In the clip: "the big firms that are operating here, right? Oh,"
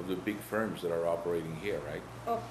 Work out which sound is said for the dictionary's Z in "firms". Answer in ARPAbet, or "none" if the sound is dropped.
Z